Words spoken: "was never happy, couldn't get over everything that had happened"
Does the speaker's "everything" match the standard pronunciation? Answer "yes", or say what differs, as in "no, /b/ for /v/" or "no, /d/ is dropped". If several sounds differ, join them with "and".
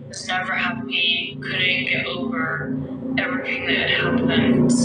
yes